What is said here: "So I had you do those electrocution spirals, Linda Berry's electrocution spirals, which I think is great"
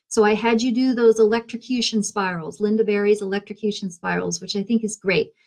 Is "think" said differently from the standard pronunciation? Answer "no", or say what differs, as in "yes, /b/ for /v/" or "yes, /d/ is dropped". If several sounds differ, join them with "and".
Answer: no